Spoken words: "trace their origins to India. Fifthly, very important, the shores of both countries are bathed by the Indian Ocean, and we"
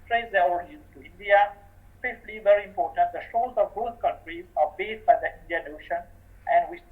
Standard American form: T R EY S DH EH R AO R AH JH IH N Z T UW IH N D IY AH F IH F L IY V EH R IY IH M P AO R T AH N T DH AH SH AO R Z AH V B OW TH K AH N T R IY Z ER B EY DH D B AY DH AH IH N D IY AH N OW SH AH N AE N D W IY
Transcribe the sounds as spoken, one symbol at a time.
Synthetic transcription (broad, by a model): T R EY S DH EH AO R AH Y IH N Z T UW IH N D IY AH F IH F L IY V EH R IY IH M P AO R T AH N T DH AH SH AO L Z AH V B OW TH K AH N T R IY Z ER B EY D B AY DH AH IH N D IY AH N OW SH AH N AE N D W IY